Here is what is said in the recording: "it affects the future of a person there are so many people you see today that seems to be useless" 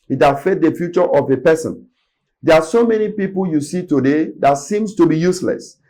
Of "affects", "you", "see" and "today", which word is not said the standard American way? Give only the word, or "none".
affects